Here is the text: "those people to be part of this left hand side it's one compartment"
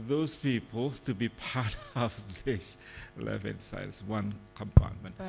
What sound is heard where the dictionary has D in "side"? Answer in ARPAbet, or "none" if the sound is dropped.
none